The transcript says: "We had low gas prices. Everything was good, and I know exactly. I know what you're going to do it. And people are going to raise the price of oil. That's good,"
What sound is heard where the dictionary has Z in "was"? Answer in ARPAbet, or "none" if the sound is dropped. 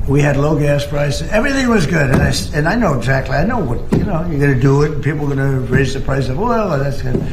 Z